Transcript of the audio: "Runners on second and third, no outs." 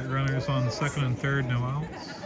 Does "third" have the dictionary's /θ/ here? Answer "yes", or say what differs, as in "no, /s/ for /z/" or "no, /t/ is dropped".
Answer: yes